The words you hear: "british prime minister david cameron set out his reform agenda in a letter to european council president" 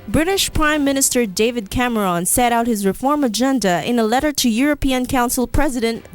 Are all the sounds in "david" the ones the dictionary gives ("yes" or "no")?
yes